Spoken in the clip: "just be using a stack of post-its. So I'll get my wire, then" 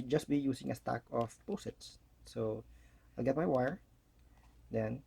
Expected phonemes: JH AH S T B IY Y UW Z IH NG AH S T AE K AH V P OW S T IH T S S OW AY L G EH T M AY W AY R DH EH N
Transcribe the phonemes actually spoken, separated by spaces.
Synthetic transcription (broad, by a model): JH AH S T B IY Y UW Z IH NG AH S T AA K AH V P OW S IH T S S OW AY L G EH T M AY W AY R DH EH N